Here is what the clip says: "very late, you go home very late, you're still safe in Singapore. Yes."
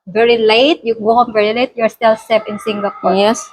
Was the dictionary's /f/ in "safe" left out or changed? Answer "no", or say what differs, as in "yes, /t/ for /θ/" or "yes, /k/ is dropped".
yes, /p/ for /f/